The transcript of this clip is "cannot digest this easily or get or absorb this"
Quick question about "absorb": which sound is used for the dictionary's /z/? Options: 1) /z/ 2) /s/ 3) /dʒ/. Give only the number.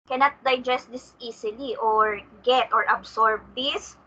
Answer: 2